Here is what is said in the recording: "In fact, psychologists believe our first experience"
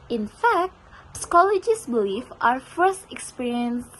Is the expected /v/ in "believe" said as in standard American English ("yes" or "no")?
no